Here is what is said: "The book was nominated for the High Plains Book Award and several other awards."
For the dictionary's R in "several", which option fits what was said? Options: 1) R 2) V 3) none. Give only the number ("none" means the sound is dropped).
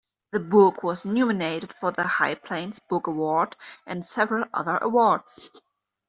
1